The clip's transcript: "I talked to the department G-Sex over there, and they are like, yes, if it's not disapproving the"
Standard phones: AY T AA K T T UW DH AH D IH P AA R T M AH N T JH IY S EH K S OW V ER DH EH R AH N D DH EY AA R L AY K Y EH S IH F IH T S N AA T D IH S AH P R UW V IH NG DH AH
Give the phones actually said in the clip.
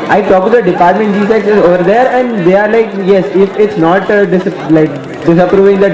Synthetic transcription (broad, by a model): AY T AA K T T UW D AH D IH P AA R T M AH N T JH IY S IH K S OW V ER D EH R AH N D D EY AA R L AY K Y EH S IH F IH T S N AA T D IH S AH P R UW V IH NG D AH